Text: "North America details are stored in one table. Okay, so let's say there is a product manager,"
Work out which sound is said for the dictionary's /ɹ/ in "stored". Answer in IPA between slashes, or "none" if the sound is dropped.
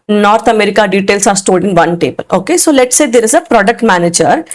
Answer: /l/